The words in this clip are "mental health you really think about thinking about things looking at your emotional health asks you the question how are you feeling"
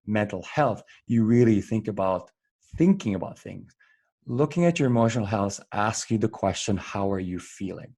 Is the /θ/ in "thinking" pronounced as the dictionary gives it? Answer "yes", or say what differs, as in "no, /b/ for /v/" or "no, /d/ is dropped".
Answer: yes